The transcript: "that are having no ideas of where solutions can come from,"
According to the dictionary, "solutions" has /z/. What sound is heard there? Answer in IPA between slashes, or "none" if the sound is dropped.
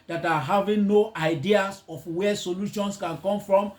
/s/